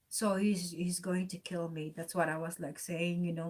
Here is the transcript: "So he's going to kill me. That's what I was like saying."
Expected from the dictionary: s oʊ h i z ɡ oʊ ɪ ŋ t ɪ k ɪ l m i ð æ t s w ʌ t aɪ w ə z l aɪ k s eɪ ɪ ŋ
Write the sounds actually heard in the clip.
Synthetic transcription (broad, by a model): s oʊ h i z ɡ oʊ ɪ ŋ t ɪ k ɪ l m i ð æ t s w ʌ t aɪ w ə z l aɪ k s eɪ ɪ ŋ